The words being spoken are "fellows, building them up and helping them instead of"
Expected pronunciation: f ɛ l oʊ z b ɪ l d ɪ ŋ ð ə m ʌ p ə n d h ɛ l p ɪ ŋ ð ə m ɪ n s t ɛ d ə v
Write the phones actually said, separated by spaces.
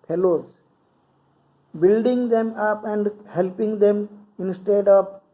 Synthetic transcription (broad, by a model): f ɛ l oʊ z b ɪ l d ɪ ŋ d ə m ʌ p ə n d h ɛ l p ɪ ŋ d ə m ɪ n s t ɛ d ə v